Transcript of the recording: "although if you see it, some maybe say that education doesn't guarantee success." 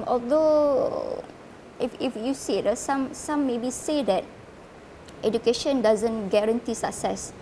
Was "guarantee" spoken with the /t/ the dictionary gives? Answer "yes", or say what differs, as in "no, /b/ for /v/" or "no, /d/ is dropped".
yes